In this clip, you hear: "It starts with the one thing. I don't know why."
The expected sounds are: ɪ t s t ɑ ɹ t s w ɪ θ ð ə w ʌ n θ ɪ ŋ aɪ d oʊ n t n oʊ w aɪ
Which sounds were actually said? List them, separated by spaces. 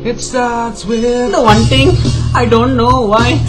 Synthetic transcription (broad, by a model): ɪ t s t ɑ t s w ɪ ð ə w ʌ n t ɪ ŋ aɪ d oʊ n t n oʊ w aɪ